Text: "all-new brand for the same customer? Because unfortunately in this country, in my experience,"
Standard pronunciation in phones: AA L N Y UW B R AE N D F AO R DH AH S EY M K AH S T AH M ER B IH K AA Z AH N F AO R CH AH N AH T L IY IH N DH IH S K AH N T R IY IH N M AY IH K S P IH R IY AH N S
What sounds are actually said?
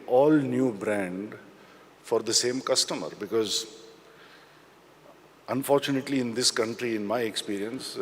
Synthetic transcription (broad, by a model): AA L N Y UW B R AE N D F AO R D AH S EY M K AH S T AH M ER B IH K AA Z AH N F AO R CH AH N AH T L IY IH N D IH S K AH N T R IY IH N M AY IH K S P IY R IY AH N S